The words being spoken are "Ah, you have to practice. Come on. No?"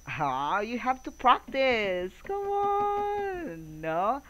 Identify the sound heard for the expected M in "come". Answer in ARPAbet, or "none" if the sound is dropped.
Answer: none